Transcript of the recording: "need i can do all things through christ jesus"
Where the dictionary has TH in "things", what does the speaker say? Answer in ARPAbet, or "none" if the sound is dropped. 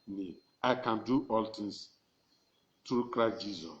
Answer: T